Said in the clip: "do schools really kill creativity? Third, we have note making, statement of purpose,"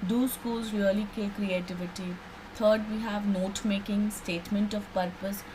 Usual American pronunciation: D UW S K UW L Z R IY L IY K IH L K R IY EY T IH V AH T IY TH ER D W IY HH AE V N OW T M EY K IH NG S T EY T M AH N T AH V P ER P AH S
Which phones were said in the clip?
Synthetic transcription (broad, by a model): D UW S K UW L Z R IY L IY K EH K R IY EY T IH V AH T IY T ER D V IY HH AE V N OW T M EY K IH NG S T EY T M AH N T AH V P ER P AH S